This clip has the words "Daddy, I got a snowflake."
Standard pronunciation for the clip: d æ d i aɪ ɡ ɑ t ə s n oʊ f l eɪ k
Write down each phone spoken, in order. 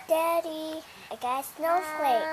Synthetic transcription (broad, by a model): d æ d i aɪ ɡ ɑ ə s n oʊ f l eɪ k